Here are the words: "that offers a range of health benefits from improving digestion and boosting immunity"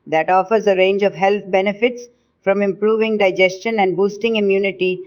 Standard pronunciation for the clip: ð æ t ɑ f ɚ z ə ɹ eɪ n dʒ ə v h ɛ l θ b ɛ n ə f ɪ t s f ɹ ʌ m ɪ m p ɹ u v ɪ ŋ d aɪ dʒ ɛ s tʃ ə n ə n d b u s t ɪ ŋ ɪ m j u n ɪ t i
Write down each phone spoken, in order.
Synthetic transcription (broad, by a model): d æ t ɑ f ɚ z ə ɹ eɪ n dʒ ə v h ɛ l t b ɛ n ə f ɪ t s f ɹ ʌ m ɪ m p ɹ u v ɪ ŋ d aɪ dʒ ɛ s tʃ ə n ə n d b u s t ɪ ŋ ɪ m j u n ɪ t i